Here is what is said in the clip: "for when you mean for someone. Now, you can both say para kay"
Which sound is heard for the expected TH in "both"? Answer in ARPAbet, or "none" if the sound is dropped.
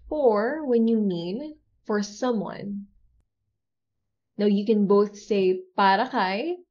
TH